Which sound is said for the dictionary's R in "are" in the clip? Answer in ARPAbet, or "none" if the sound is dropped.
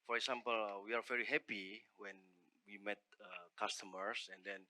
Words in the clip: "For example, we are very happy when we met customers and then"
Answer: R